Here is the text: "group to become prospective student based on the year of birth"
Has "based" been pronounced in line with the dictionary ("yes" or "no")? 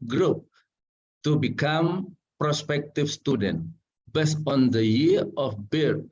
no